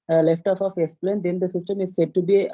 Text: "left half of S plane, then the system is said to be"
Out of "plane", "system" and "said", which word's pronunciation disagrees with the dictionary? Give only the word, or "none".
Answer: none